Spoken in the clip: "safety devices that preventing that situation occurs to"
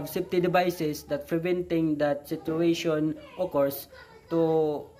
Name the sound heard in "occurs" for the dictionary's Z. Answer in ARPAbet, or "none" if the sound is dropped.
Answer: S